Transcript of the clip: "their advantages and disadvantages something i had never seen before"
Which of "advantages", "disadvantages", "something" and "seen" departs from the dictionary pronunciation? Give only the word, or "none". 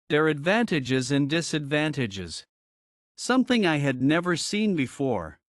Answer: none